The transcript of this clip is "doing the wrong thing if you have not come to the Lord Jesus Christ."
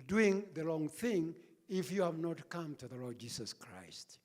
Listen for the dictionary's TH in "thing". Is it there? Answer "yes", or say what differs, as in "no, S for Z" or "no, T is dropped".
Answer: yes